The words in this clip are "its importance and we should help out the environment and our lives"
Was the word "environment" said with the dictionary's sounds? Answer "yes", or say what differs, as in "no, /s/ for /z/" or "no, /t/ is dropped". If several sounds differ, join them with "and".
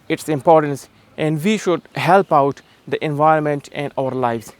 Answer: yes